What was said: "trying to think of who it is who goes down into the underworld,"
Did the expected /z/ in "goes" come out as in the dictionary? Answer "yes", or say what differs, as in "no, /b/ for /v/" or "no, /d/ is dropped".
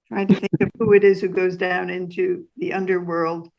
yes